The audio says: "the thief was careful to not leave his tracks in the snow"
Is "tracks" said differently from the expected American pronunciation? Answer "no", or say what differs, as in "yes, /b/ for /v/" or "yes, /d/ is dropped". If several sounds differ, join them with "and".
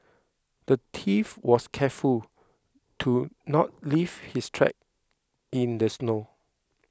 yes, /s/ is dropped